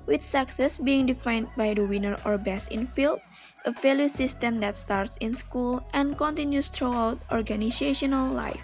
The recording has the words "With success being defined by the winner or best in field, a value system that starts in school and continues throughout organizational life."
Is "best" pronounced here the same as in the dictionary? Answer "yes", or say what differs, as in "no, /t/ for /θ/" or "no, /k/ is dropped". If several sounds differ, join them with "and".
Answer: no, /t/ is dropped